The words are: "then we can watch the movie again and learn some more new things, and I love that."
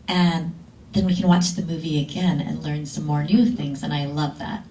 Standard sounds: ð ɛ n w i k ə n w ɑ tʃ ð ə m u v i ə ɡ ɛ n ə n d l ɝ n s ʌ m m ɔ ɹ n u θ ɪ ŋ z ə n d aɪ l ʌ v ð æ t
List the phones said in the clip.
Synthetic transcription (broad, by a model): ð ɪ n w i k ə n w ɑ tʃ ð ə m u v i ə ɡ ɛ n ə n l ɝ n s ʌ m m ɔ ɹ n u θ ɪ ŋ z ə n aɪ l ʌ v ð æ t